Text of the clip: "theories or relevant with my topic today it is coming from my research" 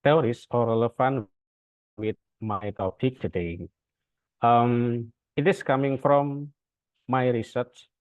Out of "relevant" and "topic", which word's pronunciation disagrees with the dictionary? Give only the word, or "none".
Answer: relevant